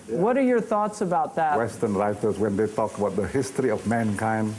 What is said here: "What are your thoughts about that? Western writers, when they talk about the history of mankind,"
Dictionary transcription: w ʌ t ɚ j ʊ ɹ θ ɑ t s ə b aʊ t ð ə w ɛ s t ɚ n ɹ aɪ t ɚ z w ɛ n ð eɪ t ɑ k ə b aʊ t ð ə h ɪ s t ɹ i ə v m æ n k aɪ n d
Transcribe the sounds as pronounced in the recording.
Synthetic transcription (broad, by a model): w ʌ t ɚ j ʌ ɹ θ ɑ t s ə b aʊ t ð ə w ɛ s t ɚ n ɹ aɪ t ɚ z w ɛ n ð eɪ t ɑ k ə b aʊ t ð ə h ɪ s t ɹ i ə v m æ n k aɪ n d